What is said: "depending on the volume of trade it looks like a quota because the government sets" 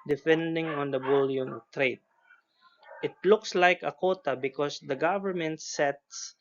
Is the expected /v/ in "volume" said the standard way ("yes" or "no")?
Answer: no